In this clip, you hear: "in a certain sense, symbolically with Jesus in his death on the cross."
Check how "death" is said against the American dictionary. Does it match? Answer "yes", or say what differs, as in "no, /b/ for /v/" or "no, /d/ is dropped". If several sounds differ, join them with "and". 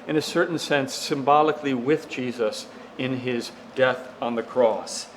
yes